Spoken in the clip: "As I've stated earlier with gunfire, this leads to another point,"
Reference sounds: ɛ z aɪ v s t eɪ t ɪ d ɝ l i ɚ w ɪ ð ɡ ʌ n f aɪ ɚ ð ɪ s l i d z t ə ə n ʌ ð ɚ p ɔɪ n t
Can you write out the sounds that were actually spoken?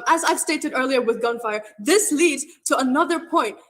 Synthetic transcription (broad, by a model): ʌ z aɪ v s t eɪ t ɪ d ɝ l i ɚ w ɪ ð ɡ ʌ n f aɪ ɚ ð ɪ s l i d z t ə ə n ʌ ð ɚ p ɔɪ n t